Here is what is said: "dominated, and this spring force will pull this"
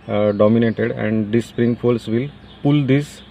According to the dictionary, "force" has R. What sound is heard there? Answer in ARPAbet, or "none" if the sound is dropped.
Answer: L